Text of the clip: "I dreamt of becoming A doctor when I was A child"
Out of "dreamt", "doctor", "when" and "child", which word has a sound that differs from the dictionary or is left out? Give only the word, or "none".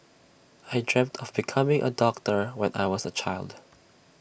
none